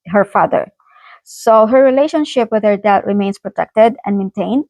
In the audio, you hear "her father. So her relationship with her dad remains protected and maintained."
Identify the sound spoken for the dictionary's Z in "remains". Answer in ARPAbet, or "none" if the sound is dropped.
S